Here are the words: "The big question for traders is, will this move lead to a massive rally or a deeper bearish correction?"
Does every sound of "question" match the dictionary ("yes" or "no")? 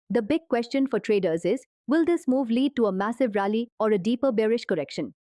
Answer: yes